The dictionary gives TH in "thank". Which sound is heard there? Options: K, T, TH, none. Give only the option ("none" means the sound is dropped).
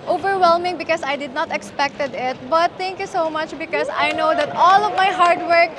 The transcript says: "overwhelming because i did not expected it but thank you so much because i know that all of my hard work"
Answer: T